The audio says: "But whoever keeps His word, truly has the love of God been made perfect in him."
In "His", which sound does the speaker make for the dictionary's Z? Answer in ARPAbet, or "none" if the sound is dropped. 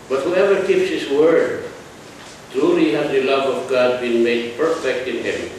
S